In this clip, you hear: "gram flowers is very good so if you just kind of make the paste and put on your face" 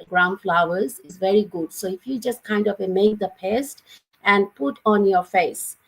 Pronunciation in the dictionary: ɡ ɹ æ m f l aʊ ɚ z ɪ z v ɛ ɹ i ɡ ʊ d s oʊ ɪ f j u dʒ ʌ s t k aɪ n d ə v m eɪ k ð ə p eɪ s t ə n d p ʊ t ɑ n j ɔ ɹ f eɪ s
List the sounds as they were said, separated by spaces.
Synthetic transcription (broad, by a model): ɡ ɹ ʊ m f l aʊ ɚ z ɪ z v ɛ ɹ i ɡ ʊ d s oʊ ɪ f j u dʒ ʌ s t k aɪ n d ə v m eɪ k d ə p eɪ s t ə n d p ʊ t ɑ n j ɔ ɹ f eɪ s